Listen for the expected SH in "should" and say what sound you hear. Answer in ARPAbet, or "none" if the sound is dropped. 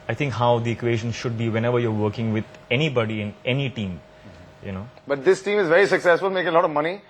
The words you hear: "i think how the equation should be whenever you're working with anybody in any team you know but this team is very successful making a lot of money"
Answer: SH